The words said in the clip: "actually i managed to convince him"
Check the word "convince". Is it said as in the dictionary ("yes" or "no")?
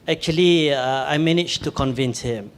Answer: yes